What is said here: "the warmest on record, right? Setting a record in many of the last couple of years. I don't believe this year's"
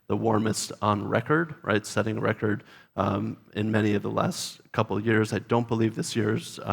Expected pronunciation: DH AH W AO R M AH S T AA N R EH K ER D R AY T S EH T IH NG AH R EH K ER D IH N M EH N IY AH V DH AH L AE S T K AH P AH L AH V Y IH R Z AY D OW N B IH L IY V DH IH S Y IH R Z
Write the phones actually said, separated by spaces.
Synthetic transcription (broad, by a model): DH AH W AO R M AH S T N R EH K ER D R AY T S EH T IH NG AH R EH K ER D IH N M EH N IY AH V DH AH L AE S T K AH P L Y IH R Z AY D OW N B IH L IY V DH IH S Y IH R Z